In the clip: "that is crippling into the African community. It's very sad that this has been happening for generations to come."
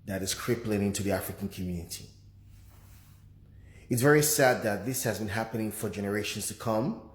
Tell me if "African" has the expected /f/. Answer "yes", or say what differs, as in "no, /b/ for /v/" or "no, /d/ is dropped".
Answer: yes